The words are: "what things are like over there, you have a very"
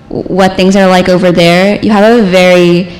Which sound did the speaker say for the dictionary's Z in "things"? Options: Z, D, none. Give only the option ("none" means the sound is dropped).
Z